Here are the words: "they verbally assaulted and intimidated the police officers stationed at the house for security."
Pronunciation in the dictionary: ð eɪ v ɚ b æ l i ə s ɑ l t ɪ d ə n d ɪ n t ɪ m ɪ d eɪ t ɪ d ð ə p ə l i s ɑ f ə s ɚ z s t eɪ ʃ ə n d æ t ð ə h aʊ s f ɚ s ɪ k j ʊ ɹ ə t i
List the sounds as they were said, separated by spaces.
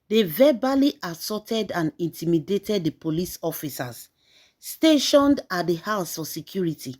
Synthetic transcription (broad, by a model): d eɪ v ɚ b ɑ l i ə s ɑ t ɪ d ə n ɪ n t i m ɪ d eɪ t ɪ d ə p ə l i s ɑ f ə s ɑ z s t eɪ ʃ ə n d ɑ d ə h aʊ s f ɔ s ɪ k j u ɹ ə t i